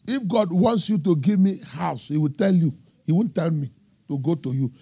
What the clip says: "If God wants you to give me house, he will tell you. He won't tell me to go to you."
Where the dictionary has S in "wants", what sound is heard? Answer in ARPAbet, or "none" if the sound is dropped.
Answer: S